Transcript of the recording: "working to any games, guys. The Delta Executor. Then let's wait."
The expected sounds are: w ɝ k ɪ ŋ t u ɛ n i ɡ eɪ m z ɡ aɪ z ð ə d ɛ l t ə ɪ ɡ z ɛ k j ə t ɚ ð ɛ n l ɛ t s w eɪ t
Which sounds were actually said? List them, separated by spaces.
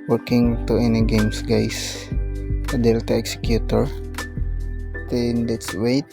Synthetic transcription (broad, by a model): w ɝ k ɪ ŋ t u ɛ n i ɡ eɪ m s ɡ aɪ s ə d ɛ l t ə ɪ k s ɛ k j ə t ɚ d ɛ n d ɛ t s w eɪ t